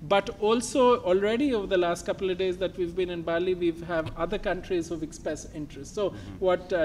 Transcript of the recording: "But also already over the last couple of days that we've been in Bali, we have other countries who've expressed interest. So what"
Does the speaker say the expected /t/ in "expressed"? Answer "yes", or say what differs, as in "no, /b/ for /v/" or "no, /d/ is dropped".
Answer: no, /t/ is dropped